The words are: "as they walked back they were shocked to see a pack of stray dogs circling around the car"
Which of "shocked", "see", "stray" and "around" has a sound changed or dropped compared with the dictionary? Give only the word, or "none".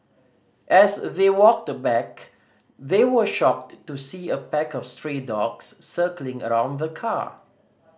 none